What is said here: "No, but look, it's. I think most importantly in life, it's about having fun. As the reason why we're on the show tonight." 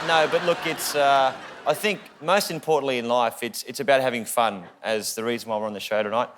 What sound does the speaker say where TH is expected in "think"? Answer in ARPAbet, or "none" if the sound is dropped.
TH